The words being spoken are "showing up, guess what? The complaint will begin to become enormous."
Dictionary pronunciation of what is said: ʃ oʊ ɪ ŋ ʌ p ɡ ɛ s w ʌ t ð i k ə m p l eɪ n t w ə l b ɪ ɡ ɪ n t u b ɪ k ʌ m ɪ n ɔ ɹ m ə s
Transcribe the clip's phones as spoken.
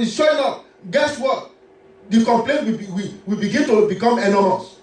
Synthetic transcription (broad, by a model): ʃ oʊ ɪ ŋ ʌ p ɡ ɛ s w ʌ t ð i k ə m p l eɪ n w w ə w b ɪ ɡ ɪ n t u b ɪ k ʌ m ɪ n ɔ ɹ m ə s